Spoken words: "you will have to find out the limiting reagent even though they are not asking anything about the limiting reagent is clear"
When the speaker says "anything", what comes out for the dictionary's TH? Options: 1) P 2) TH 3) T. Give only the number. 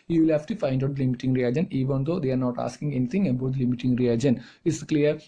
3